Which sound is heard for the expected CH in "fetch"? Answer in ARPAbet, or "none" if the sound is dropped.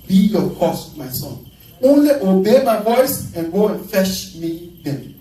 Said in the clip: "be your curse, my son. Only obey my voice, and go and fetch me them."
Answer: SH